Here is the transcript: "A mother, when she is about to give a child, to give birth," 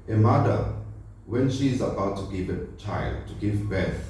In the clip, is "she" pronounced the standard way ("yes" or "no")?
yes